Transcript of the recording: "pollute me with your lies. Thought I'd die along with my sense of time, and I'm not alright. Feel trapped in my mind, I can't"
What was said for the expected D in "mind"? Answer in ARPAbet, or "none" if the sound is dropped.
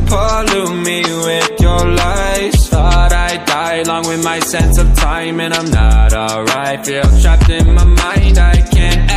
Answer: D